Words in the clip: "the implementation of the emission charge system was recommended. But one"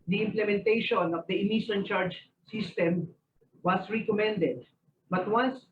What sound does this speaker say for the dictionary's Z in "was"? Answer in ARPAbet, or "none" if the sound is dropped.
S